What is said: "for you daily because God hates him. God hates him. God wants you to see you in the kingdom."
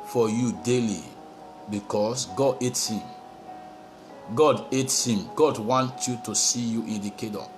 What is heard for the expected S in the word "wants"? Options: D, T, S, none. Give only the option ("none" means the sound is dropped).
none